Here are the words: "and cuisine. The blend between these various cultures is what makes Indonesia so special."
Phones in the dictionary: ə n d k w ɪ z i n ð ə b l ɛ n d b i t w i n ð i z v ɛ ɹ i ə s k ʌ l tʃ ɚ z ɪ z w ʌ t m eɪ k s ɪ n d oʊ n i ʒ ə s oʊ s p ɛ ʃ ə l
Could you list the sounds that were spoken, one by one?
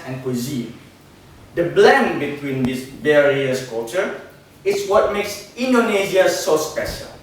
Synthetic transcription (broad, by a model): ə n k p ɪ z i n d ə b l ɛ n b i t w i n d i s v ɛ ɹ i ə s k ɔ tʃ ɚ ɪ s w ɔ t m eɪ k s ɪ n d oʊ n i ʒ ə s oʊ s p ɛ ʃ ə l